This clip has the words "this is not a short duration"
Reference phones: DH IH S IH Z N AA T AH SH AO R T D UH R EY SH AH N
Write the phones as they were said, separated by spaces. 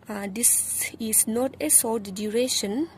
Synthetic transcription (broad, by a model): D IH S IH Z N AA T AH S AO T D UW R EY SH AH N